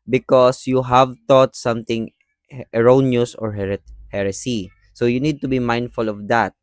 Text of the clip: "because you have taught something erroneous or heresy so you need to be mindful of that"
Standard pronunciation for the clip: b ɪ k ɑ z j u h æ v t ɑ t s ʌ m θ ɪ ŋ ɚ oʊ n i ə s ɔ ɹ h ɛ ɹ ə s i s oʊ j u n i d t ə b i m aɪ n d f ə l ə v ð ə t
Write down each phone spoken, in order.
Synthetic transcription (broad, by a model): b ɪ k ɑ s j u h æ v t ɑ t s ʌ m t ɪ ŋ ɚ oʊ n i ə s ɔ ɹ h ɛ ɹ ə s i s oʊ j u n i d t ə b i m aɪ n d f ə l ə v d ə t